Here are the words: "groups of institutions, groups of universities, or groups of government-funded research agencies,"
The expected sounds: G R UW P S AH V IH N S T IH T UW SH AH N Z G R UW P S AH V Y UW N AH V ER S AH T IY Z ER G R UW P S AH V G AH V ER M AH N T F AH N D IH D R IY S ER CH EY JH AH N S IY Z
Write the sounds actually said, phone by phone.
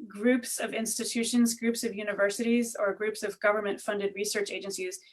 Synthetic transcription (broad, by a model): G R UW P S AH V IH N S T IH T UW SH AH N Z G R UW P S AH V Y UW N AH V ER S AH T IY Z ER G R UW P S AH V G AH V ER M AH N T F AH N D IH D R IY S ER CH EY JH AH N S IY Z